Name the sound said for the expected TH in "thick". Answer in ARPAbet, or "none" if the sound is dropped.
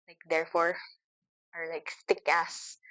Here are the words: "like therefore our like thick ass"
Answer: S